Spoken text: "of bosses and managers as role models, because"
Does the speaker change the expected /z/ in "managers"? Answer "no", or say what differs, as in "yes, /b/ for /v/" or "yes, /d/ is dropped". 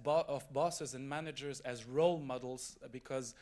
no